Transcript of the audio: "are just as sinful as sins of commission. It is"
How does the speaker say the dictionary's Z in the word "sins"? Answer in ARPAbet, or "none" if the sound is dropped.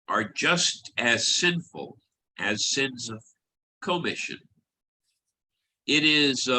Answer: Z